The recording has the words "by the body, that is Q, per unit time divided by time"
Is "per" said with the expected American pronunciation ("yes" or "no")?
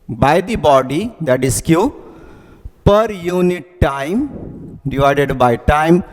yes